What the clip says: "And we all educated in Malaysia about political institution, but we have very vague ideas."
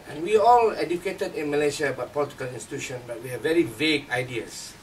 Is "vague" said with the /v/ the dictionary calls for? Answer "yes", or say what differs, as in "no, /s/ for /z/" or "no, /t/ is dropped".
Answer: yes